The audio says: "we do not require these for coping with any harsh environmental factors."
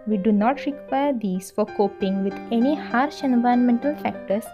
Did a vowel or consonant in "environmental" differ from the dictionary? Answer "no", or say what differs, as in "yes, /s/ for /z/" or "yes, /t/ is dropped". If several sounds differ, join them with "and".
yes, /ɹ/ is dropped